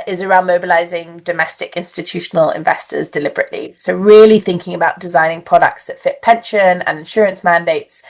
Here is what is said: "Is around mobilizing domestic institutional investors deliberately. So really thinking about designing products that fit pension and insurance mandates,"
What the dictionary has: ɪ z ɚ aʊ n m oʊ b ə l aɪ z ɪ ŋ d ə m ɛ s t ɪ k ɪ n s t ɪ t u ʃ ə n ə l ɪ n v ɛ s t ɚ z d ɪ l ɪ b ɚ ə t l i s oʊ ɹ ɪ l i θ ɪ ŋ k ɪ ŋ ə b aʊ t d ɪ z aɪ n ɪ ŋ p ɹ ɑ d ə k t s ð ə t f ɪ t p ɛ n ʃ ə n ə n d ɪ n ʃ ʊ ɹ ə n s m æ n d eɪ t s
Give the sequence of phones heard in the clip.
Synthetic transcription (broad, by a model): ɪ z ɚ aʊ n m oʊ b ə l aɪ z ɪ ŋ d ə m ɛ s t ɪ k ɪ n s t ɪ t u ʃ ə n ə l ɪ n v ɛ s t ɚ z d ɪ l ɪ b ɚ ə t l i s oʊ ɹ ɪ l i θ ɪ ŋ k ɪ ŋ ə b aʊ t d ɪ z aɪ n ɪ ŋ p ɹ ɑ d ə k t s ð ə t f ɪ t p ɛ n ʃ ə n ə n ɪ n ʃ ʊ ɹ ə n s m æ n d eɪ t s